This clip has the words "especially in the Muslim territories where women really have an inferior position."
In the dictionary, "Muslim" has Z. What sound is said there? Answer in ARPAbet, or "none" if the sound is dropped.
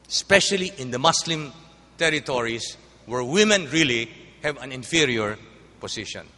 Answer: S